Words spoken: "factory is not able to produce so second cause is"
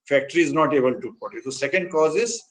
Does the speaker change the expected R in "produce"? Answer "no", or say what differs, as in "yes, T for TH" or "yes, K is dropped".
yes, R is dropped